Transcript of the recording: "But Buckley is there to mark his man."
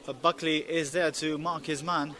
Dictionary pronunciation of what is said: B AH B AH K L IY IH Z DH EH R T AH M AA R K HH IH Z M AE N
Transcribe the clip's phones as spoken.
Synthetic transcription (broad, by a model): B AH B AH K L IY IH Z DH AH R T AH M AA R K HH IH Z M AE N